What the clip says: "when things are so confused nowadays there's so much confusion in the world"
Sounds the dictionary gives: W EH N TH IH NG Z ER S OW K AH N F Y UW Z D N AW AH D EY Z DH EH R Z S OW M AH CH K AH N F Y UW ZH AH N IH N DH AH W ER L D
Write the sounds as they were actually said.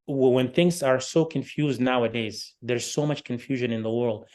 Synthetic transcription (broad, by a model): W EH N TH IH NG Z ER S OW K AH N F Y UW Z D N AW AH D EY Z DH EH R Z S OW M AH CH K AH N F Y UW ZH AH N IH N DH AH W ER L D